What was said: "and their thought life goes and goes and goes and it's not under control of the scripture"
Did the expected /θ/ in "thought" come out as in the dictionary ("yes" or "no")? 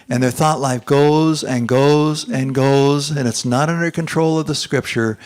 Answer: yes